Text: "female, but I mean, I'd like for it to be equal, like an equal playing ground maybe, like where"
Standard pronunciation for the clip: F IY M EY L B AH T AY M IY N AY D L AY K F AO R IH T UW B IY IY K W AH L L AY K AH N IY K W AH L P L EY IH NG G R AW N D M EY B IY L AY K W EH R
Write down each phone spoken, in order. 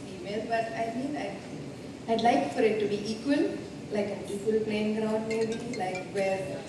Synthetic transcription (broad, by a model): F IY M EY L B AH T AY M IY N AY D L AY K F AO R IH T UW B IY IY K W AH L L AY K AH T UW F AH L P L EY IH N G R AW D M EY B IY L AY K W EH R